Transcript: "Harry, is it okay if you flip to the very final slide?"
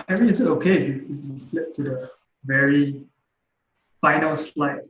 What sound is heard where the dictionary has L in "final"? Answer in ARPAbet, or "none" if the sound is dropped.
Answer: L